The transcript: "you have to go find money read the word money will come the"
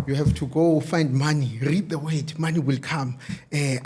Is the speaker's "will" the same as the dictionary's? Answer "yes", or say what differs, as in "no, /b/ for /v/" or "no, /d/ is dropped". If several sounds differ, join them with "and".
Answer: yes